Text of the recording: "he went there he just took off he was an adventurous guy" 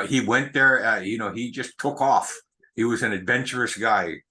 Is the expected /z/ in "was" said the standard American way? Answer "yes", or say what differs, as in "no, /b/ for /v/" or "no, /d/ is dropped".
yes